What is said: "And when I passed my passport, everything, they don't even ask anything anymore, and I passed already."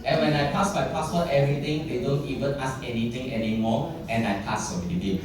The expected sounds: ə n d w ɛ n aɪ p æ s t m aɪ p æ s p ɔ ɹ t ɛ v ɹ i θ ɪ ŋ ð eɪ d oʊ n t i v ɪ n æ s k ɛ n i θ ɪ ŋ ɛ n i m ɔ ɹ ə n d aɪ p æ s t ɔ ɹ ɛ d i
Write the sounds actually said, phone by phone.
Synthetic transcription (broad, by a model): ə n w ɛ n aɪ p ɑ s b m aɪ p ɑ s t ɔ t ɛ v ɹ i t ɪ ŋ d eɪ d oʊ n t i v ɪ n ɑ s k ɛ n i t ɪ ŋ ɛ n i m ɔ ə n aɪ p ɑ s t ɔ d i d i